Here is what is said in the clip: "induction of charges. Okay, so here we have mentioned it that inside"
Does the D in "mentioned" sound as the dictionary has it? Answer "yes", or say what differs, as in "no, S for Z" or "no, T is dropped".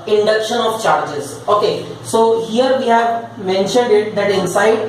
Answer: yes